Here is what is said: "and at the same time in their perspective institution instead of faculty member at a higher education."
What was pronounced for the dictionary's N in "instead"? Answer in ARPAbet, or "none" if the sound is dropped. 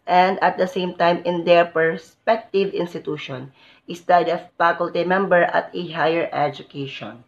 none